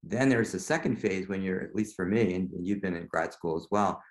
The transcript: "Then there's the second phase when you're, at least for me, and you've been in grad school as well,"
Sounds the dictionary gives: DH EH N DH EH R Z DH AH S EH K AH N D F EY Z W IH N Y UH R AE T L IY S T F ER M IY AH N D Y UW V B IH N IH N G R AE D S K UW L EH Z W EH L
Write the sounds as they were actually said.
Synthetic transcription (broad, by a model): DH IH N DH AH R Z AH S EH K AH N D F EY Z W IH N Y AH R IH T L IY S T F ER M IY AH N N Y UW V B IH N IH N G R AE D S K UW L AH Z W EH L